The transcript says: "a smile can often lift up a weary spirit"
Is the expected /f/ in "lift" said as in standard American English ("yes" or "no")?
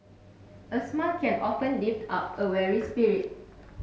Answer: no